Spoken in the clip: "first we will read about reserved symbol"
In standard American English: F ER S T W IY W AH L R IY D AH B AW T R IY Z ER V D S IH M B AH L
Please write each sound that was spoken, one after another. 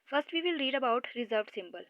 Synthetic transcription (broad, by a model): F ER S T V IY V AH L R IY D AH B AW T R IY Z ER V D S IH M B AH L